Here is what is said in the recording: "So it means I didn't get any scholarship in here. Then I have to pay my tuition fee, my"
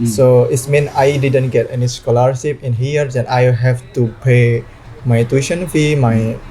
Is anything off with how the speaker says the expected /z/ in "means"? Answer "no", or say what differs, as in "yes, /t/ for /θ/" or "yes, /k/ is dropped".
yes, /z/ is dropped